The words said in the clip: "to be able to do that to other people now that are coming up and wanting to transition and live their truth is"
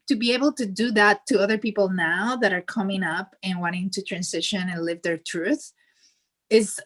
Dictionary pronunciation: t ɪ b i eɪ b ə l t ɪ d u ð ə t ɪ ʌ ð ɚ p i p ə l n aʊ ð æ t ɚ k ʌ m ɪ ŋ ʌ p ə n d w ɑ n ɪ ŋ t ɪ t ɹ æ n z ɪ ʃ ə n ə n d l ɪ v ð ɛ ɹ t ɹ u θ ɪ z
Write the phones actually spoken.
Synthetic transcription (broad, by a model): t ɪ b i eɪ b ə l t ɪ d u ð ə t ɪ ʌ ð ɚ p i p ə l n aʊ ð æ t ɚ k ʌ m ɪ ŋ ʌ p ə n w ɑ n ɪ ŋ t ɪ t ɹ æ n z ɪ ʃ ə n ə n l ɪ v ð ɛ ɹ t ɹ u θ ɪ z